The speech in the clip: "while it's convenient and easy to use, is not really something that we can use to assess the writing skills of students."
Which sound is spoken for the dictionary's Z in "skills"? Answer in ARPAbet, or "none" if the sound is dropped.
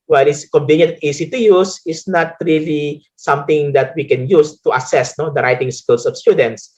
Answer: S